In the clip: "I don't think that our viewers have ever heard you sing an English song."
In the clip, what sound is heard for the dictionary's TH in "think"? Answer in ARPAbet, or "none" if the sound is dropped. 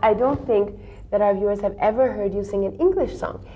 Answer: TH